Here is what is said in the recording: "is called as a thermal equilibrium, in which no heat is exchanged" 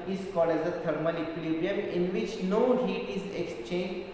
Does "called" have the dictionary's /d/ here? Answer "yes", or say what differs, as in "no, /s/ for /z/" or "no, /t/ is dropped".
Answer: no, /d/ is dropped